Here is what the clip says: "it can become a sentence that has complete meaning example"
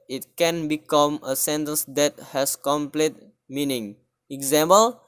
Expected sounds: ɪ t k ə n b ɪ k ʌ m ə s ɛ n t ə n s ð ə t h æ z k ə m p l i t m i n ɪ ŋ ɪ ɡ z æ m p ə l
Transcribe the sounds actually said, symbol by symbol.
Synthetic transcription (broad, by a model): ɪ t k ə n b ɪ k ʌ m ə s ɛ n t ə n s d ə t h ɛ s k ə m p l i t m i n ɪ ŋ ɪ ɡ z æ m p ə l